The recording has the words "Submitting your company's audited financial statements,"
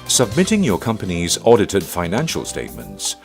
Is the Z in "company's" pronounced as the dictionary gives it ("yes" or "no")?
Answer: yes